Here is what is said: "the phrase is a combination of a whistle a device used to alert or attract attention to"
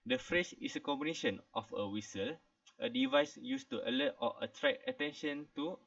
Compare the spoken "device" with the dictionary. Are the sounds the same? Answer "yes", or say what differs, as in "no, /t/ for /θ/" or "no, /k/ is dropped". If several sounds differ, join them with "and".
yes